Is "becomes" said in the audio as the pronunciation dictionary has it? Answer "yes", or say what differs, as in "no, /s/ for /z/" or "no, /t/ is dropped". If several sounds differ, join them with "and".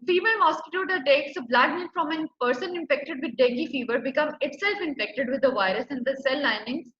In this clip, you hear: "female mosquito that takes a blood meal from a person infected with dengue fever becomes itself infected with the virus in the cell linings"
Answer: no, /z/ is dropped